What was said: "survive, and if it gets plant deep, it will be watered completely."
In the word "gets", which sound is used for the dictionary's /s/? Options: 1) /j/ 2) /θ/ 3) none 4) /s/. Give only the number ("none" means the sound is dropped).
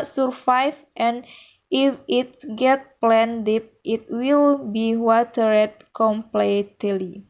3